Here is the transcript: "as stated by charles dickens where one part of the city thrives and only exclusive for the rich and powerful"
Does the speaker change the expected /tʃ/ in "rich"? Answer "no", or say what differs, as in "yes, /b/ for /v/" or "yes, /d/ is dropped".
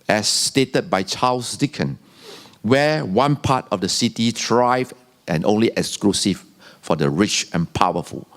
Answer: no